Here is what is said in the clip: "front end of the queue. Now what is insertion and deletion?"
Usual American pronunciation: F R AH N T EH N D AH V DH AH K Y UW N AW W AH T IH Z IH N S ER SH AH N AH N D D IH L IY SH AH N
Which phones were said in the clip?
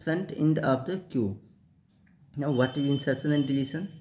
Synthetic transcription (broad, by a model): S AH N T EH N D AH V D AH K Y UW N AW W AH T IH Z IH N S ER S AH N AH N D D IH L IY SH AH N